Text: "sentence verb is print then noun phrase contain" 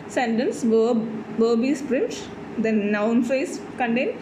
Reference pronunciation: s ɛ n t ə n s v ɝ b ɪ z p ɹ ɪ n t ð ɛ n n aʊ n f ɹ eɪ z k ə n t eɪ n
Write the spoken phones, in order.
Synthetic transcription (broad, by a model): s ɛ n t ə n s b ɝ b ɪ s p ɹ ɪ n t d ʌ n n aʊ n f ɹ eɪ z k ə n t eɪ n